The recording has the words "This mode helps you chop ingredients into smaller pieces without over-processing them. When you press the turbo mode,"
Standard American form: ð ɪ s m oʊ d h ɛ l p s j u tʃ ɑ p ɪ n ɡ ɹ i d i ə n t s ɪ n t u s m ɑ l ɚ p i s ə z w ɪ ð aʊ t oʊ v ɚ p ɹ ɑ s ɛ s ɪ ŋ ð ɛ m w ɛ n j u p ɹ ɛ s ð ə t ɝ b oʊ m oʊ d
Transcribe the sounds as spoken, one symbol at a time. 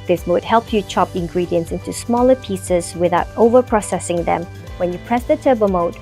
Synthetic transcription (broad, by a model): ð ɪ s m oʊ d h ɛ l p j u tʃ ɑ p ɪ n ɡ ɹ i d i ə n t s ɪ n t u s m ɑ l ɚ p i s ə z w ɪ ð aʊ t oʊ v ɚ p ɹ ɑ s ɛ s ɪ ŋ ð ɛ m w ɛ n j u p ɹ ɛ s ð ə t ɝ b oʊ m oʊ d